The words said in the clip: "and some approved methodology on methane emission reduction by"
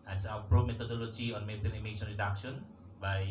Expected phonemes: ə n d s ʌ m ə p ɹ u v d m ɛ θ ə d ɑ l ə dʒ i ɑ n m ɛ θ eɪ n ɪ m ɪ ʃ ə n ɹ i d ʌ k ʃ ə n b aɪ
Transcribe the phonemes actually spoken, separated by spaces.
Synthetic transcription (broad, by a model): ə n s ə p ɹ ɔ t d m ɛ t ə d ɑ l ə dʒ i ɑ n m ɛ t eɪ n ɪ m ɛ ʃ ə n ɹ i d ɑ k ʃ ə n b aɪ